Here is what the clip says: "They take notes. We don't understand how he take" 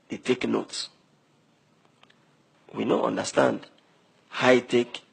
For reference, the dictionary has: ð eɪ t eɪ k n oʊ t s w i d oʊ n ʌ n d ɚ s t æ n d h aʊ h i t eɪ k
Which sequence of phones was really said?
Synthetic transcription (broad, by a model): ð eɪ t eɪ k n oʊ t s w i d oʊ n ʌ n d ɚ s t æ n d h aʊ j t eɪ k